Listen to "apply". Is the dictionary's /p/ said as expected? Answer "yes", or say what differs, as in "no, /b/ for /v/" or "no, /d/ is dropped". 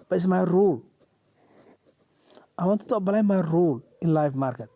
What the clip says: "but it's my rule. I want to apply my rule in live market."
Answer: no, /b/ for /p/